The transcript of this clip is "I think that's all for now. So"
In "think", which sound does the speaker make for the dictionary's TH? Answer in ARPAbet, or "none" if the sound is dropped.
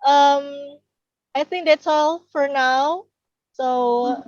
TH